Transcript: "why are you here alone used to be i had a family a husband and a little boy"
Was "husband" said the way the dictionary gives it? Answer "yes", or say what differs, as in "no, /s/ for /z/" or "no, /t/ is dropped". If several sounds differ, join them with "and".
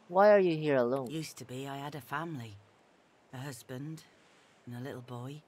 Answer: yes